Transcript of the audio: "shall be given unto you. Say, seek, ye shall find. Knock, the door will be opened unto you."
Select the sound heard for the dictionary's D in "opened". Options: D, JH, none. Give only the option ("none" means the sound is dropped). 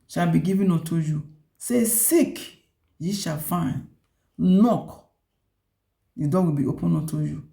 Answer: none